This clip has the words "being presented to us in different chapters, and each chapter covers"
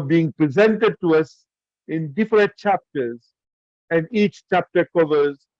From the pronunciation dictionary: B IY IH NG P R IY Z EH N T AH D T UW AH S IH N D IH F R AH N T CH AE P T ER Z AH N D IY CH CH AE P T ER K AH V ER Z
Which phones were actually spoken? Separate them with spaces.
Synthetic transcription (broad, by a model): B IY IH NG P R IY Z EH N T AH D T UW AH S IH N D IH F R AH N T CH AE P T ER Z AH N D IY CH CH AE P T ER K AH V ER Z